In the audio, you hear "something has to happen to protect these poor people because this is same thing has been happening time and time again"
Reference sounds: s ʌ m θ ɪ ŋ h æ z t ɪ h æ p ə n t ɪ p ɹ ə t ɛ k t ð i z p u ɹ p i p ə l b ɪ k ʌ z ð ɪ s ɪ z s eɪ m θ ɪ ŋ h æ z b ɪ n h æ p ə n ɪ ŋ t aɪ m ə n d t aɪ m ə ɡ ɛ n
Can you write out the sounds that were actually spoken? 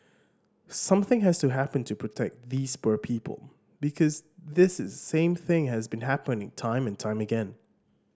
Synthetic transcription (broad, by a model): s ʌ m θ ɪ ŋ h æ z t ɪ h æ p ə n t ɪ p ɹ ə t ɛ k t ð i z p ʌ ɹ p i p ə l b ɪ k ʌ z ð ɪ s ɪ z s eɪ m θ ɪ ŋ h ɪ z b ɪ n h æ p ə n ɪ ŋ t aɪ m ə n t aɪ m ə ɡ ɛ n